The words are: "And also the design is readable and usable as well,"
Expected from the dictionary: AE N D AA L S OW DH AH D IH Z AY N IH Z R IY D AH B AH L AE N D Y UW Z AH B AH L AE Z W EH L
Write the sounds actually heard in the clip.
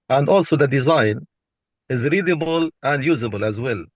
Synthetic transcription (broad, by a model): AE N D AA L S OW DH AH D IH Z AY N IH Z R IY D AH B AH L AE N D Y UW Z AH B AH L AE Z W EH L